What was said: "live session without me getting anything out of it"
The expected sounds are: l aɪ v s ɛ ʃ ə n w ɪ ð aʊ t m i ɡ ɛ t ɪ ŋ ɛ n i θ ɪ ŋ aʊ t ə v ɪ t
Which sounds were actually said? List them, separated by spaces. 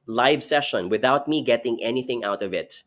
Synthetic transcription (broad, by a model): l aɪ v s ɛ ʃ ə n w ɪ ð aʊ t m i ɡ ɛ t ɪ ŋ ɛ n i θ ɪ ŋ aʊ t ə v ɪ t